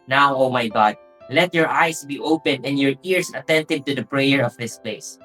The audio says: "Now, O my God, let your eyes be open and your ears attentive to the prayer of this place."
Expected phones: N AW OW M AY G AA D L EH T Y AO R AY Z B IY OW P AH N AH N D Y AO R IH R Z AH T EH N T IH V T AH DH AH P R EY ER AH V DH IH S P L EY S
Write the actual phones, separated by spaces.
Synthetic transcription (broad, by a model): N AW OW M AY G AA D L EH T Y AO R AY S B IY OW P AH N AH N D Y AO R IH R S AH T EH N T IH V T AH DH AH P R EY ER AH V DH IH S P L EY S